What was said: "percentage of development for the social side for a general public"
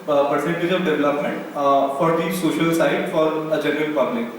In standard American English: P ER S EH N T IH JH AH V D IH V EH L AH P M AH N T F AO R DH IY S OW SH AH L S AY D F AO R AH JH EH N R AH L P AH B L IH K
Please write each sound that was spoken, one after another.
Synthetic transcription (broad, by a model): P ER S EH N T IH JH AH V D IH V EH L AH P M AH N T F AO R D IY S OW SH AH L S AY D F AO R AH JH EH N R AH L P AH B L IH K